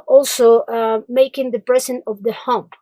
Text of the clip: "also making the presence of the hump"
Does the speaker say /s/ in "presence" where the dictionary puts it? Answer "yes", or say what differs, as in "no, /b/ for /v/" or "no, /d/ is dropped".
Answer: no, /s/ is dropped